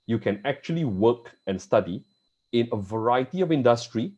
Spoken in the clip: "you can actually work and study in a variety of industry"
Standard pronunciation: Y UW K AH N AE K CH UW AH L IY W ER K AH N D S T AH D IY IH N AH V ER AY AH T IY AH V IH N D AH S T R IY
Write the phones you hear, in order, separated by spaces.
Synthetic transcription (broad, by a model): Y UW K AH N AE K CH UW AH L IY W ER K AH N S T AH D IY IH N AH V ER AY AH T IY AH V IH N D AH S T R IY